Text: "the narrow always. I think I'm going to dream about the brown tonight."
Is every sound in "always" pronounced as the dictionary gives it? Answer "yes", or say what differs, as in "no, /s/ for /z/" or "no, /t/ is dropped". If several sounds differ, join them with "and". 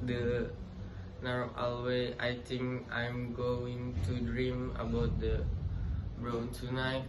no, /z/ is dropped